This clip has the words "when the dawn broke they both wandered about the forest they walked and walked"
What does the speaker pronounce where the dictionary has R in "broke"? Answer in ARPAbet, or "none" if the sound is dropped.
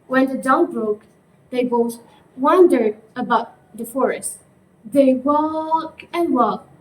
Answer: R